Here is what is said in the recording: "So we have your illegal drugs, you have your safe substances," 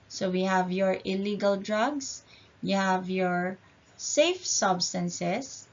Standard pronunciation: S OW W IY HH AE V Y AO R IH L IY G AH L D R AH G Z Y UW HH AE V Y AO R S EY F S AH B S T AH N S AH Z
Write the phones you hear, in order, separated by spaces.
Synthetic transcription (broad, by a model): S OW W IY HH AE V Y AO R IH L IY G AH L D R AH G S Y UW HH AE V Y AO R S EY F S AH B S T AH N S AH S